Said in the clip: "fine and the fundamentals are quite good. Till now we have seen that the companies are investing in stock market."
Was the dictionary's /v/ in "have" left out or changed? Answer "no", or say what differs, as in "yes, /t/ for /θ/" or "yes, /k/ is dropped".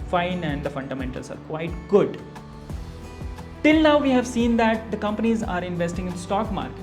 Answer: no